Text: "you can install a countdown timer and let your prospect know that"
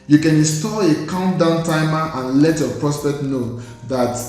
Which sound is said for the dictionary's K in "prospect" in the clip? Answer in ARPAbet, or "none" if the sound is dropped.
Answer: K